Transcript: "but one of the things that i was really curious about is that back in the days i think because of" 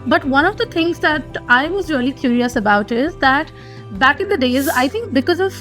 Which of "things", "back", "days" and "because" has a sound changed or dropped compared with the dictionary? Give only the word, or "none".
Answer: things